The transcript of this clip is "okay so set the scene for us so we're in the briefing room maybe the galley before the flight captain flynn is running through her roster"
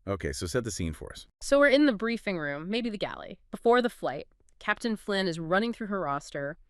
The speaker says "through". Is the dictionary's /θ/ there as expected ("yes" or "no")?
yes